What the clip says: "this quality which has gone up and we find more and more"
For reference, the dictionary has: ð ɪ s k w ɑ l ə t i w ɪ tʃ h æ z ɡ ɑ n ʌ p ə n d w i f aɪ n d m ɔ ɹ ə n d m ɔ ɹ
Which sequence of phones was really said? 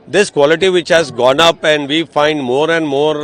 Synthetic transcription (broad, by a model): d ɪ s k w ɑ l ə t i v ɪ tʃ h æ z ɡ ɑ n ʌ p ə n d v i f aɪ n d m ɔ ɹ ə n d m ɔ ɹ